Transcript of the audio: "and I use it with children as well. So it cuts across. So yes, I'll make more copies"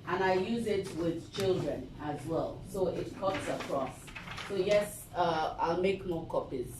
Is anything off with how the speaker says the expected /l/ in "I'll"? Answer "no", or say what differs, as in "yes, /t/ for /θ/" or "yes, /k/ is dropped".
no